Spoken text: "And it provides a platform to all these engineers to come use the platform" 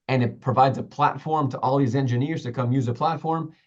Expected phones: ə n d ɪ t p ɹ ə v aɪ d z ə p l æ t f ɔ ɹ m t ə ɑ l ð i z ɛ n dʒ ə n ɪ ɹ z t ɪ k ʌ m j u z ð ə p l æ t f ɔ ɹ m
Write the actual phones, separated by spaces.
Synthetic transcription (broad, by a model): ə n ɪ t p ɹ ə v aɪ d z ə p l æ t f ɔ ɹ m t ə ɑ l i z ɛ n dʒ ə n ɪ ɹ z t ɪ k ʌ m j u z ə p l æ t f ɔ ɹ m